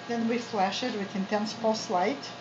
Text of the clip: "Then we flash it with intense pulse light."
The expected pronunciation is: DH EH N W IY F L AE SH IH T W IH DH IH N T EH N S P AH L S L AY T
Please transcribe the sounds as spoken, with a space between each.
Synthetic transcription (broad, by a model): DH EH N W IY F L AE SH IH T W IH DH IH N T EH N S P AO S L AY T